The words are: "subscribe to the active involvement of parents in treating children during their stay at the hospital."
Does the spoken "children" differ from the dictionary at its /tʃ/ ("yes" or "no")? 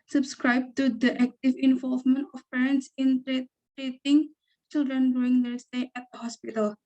no